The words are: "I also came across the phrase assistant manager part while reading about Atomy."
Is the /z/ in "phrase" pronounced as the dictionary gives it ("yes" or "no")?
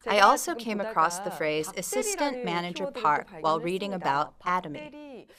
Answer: yes